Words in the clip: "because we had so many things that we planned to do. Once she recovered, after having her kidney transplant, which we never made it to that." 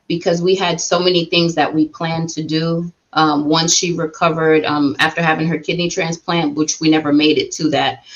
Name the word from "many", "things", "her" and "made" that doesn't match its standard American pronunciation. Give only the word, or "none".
none